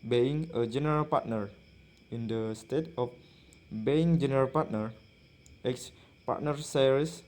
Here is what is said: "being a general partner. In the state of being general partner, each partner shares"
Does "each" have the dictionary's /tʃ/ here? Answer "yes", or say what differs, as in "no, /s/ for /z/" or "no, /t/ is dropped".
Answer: no, /s/ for /tʃ/